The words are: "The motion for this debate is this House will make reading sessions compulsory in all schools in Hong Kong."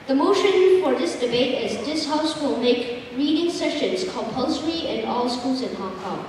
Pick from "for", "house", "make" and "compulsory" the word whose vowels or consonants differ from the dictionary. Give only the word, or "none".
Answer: none